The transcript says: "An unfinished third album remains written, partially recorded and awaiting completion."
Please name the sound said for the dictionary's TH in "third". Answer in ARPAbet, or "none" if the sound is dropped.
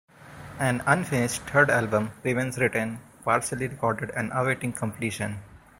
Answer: T